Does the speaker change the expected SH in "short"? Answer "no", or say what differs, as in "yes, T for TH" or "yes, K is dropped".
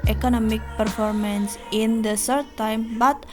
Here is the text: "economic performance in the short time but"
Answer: yes, S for SH